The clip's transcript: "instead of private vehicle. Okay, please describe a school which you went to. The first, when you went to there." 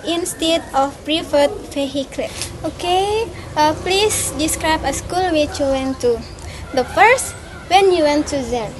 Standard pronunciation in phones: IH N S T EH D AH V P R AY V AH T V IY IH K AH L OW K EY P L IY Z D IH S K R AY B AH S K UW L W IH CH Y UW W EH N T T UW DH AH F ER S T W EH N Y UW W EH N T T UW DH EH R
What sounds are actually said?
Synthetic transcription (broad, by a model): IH N S T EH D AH F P R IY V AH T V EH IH K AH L OW K EY P L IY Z D IH S K R AY B AH S K UW L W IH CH Y UW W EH N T T UW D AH F ER S T W EH N Y UW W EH N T T UW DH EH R